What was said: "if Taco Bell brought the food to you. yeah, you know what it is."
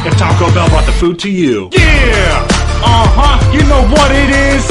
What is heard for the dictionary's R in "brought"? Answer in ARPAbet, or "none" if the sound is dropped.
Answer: none